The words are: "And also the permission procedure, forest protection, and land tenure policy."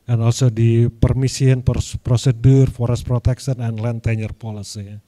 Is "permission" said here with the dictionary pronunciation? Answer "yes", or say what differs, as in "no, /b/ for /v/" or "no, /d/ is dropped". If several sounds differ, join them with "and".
no, /s/ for /ʃ/